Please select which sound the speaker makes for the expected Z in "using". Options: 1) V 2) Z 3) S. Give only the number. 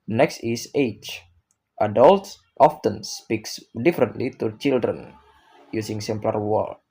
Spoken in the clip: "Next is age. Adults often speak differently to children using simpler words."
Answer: 3